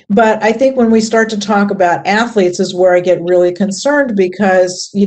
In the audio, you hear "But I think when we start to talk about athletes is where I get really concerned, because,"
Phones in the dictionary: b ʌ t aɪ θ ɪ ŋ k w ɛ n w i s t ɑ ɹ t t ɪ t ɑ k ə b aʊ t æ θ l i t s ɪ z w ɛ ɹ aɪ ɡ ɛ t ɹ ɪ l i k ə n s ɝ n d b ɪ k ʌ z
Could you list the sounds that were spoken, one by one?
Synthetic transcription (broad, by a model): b ʌ t aɪ θ ɪ ŋ k w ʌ n w i s t ɑ ɹ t t ɪ t ɑ k ə b aʊ t æ θ l i t s ɪ z w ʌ ɹ aɪ ɡ ɛ t ɹ ɪ l i k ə n s ɝ n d b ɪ k ʌ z